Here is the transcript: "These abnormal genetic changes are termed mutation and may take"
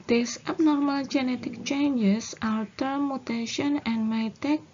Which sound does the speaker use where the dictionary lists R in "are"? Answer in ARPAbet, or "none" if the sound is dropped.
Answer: L